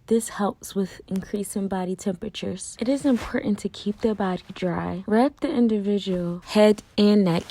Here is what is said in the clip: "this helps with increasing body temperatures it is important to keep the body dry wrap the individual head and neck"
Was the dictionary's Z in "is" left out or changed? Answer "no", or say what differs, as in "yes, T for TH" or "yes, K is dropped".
no